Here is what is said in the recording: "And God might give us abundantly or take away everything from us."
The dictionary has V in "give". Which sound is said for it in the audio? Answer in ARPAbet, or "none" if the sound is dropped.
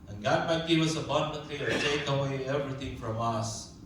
W